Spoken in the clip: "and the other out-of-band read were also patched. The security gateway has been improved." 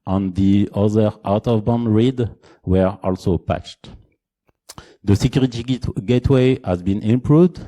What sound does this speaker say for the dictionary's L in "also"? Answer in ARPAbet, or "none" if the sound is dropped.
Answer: L